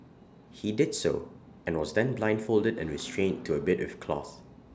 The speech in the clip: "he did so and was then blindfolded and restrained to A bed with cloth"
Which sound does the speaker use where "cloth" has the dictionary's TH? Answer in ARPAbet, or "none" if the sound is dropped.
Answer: TH